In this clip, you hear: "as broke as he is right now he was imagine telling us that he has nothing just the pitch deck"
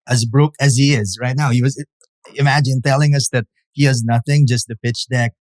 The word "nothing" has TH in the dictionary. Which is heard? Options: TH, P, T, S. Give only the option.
TH